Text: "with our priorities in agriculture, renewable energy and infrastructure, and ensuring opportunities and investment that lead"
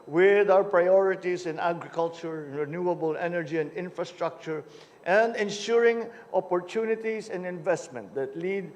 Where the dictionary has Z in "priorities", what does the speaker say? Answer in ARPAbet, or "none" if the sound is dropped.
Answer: S